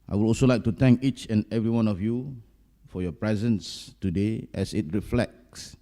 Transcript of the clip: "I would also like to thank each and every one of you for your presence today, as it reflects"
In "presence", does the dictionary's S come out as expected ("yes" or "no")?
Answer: yes